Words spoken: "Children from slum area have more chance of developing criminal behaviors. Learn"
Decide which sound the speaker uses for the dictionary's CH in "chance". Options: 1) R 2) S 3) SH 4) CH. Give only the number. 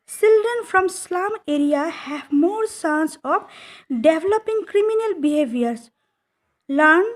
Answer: 2